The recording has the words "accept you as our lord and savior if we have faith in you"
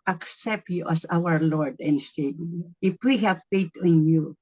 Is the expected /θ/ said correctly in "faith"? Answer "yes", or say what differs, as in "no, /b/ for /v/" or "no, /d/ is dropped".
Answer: no, /t/ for /θ/